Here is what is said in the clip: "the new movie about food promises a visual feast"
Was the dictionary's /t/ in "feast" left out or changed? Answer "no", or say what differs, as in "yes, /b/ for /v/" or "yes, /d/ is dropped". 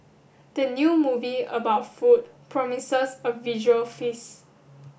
yes, /t/ is dropped